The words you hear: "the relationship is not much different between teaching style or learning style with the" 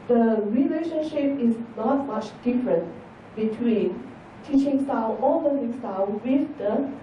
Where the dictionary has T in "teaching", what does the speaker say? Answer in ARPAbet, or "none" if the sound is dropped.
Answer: T